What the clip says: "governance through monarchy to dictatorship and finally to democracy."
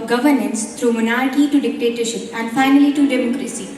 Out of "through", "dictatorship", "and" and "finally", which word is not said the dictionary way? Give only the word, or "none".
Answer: through